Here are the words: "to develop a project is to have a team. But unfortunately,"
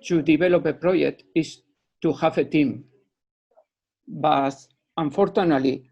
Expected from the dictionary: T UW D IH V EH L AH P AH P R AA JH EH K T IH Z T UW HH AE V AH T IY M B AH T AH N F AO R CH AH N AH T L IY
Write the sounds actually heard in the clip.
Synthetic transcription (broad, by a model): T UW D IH B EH L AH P AH P R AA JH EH K T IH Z T UW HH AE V AH T IY M B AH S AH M F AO R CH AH N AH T L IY